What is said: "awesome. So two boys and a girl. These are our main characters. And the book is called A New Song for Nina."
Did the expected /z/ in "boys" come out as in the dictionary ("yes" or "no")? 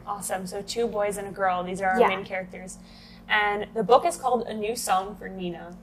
yes